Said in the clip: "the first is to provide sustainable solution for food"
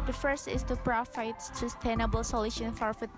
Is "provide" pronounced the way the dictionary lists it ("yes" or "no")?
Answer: no